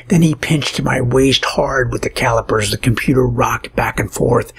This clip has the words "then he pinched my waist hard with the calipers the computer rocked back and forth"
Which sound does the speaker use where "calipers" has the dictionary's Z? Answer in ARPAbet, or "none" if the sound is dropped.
Z